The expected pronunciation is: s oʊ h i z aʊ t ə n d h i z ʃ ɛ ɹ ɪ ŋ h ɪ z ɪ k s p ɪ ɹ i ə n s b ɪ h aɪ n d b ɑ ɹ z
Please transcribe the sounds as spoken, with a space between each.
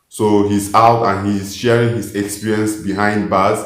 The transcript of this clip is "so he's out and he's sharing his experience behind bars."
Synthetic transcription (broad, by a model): s oʊ h i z aʊ t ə n h i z ʃ ɛ ɹ ɪ ŋ h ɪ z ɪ k s p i ɹ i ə n s b ɪ h aɪ n d b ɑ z